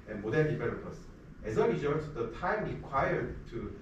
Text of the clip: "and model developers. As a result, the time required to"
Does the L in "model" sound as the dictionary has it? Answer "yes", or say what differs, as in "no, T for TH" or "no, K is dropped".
no, N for L